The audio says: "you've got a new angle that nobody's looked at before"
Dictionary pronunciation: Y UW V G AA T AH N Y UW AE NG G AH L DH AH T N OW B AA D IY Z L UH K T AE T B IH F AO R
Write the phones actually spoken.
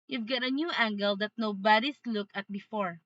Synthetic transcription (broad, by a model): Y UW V G AA T AH N Y UW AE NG G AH L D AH T N OW B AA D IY S L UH K AH T B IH F AO R